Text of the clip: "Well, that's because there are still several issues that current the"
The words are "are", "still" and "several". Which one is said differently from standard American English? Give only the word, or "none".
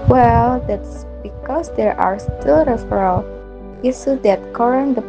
several